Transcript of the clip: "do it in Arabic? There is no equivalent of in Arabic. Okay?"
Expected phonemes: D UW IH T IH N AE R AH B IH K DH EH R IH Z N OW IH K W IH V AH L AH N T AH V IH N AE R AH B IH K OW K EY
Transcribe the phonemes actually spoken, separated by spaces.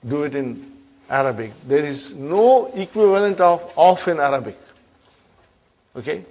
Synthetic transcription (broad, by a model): D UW IH T IH N AE R AH B IH K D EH R IH Z N OW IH K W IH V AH L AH N T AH F IH N AE R AH B IH K OW K EY